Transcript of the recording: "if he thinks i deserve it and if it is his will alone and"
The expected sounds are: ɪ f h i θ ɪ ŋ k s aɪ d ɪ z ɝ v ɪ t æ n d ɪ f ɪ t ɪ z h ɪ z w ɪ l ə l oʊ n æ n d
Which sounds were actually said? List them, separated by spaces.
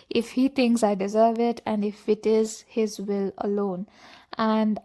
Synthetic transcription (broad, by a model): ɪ f h i t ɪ ŋ k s aɪ d ɪ z ɝ v ɪ t æ n d ɪ f ɪ t ɪ z h ɪ z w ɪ l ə l oʊ n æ n d